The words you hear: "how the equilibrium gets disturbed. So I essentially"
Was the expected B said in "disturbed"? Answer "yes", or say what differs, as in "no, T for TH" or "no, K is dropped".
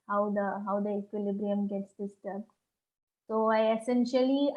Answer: no, B is dropped